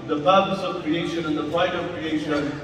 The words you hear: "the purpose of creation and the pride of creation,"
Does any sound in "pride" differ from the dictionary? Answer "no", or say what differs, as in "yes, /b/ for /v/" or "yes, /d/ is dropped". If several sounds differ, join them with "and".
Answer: yes, /ɹ/ is dropped